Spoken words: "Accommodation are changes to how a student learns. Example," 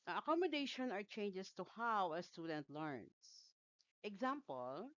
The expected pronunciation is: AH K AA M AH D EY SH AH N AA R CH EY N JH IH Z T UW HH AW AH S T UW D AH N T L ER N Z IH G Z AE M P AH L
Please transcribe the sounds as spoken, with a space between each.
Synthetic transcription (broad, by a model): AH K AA M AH D EY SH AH N AA R CH EY N JH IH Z T UW HH AW AH S T UW D AH N T L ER N S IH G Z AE M P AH L